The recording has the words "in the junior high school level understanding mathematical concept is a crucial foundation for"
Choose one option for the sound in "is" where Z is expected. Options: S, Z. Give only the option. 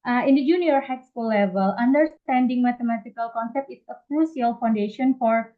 S